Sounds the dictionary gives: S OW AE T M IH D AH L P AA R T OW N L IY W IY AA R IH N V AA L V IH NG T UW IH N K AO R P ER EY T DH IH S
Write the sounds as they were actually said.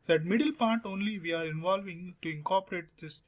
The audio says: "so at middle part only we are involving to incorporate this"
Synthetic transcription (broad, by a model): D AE T M IH D AH L P AA R T OW N L IY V IY AA R IH N V AA L V IH NG T UW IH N K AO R P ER EY T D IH S